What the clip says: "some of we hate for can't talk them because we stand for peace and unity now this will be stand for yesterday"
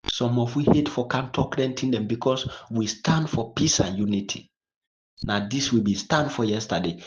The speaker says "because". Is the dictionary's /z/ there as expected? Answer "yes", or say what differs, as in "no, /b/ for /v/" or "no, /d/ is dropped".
no, /s/ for /z/